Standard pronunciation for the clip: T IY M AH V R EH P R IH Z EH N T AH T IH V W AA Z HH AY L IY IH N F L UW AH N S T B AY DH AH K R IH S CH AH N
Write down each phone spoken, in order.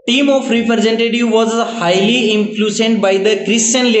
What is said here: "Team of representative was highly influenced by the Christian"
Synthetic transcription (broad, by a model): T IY M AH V R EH P R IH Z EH N T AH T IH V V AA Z HH AY L IY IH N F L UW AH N T B AY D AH K R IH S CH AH N